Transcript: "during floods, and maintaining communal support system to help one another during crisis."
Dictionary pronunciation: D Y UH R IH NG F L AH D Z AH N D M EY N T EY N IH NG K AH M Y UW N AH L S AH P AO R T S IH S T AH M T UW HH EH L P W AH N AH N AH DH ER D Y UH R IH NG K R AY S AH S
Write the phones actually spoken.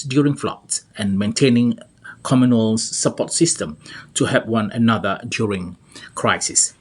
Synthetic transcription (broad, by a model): D Y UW R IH NG F L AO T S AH N M EY N T EY N IH NG K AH M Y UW N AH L S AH P AO T S IH S T AH M T UW HH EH P W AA N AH N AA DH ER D Y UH R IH NG K R AY S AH S